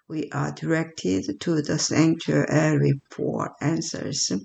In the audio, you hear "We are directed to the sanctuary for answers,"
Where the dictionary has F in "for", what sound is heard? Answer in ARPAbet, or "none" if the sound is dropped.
P